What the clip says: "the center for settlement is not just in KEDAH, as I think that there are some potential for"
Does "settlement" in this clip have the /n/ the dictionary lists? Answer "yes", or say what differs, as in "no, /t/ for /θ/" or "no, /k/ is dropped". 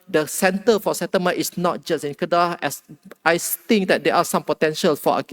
no, /n/ is dropped